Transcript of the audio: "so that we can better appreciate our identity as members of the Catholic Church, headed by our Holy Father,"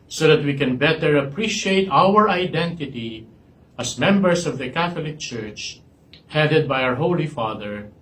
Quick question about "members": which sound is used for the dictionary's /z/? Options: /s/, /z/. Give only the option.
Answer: /s/